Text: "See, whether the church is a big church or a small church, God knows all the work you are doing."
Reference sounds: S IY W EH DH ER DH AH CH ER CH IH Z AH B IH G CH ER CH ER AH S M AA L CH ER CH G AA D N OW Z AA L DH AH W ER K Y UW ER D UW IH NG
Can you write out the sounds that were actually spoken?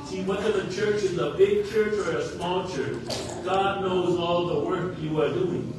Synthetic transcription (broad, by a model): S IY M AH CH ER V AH CH ER CH IH Z AH B IH G CH ER CH ER AH S M AA L CH ER CH G AA D N OW Z AA L DH AH W ER K Y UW ER D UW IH NG